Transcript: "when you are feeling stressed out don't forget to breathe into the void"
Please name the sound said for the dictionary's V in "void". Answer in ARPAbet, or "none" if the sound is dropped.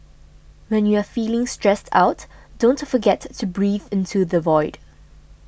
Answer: V